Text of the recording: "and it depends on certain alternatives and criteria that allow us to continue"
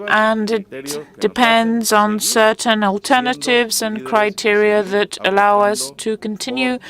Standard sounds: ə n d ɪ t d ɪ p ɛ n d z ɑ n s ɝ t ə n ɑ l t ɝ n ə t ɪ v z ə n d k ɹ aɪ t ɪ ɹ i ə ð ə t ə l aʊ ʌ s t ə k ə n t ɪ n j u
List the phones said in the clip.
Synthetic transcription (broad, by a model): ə n d ɪ t d ɪ p ɛ n d z n s ɝ t n ɑ l t ɝ n ə t ɪ v z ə n k ɹ aɪ t ɪ ɹ i ə ð ə t ə l aʊ ʌ s t ə k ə n t ɪ n j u